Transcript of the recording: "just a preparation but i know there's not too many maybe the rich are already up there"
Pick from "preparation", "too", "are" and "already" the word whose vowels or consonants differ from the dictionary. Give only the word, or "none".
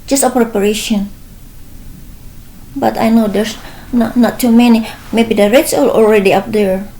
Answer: are